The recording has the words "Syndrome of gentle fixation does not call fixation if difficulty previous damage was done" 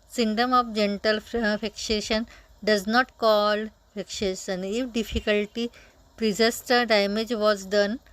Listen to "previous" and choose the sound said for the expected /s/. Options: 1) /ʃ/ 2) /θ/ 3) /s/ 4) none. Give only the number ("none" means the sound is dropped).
4